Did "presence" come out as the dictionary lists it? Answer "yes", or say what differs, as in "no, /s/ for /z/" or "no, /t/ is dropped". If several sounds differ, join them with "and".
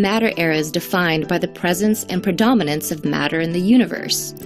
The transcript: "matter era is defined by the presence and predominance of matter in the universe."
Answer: yes